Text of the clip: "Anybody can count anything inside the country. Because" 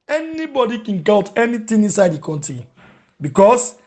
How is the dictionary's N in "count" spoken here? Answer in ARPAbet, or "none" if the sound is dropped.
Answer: L